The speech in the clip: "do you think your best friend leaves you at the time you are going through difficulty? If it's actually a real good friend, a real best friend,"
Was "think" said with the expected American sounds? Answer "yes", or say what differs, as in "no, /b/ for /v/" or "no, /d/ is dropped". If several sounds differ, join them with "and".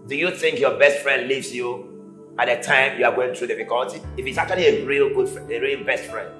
yes